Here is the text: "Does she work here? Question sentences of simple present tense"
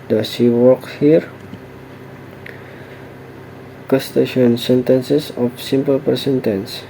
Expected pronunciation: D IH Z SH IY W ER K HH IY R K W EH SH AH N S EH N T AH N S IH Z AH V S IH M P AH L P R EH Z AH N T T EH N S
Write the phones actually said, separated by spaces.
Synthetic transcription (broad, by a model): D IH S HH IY W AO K HH IY R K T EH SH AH N S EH N T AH N S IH S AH F S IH M P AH L P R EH S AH N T T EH N S